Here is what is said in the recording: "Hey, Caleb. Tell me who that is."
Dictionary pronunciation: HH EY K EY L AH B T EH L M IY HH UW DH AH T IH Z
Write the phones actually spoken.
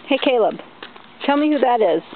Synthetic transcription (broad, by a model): HH EY K EY L AH B T EH L M IY HH UW DH AH T IH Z